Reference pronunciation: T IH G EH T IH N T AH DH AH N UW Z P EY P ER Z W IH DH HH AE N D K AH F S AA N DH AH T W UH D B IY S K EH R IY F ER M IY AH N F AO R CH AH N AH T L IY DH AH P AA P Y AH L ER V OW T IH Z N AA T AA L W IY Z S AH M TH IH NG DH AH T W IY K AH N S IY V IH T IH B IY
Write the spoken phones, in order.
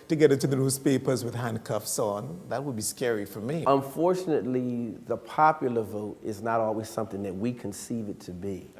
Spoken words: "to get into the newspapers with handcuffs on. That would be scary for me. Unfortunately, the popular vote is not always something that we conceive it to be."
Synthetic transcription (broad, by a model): T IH G EH T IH T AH DH AH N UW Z P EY P ER Z W IH DH HH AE N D K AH F S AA N DH AH T W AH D B IY S K EH R IY F ER M IY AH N F AO R CH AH N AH T L IY DH AH P AA P Y L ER V OW T IH Z N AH T AA L W IY Z S AH M TH IH NG DH AH T W IY K AH N S IY V IH T IH B IY